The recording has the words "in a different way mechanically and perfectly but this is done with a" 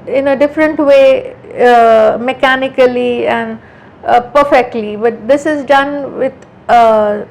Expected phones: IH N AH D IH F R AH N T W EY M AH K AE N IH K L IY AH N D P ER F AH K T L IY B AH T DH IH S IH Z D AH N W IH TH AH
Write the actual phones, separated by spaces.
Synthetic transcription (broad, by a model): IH N AH D IH F R AH N T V EY M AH K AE N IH K L IY AH N D P ER F AH K T L IY B AH T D IH S IH Z D AH N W IH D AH